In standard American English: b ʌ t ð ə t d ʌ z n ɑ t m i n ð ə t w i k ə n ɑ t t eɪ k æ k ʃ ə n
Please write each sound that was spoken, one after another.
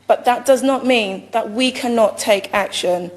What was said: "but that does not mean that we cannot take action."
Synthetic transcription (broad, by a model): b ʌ t ð ə t d ʌ z n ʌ t m i n ð ə t w i k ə n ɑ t t eɪ k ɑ k ʃ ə n